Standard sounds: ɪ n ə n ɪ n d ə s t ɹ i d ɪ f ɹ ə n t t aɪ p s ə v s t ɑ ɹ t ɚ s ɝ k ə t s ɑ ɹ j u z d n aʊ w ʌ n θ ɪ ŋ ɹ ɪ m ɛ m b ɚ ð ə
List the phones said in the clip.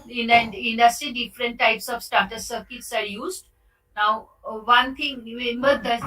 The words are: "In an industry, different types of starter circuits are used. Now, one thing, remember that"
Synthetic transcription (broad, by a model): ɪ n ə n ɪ n d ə s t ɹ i d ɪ f ɹ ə n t t aɪ p s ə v s t ɑ t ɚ s ɝ k ə t s ɑ ɹ j u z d n aʊ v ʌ n t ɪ ŋ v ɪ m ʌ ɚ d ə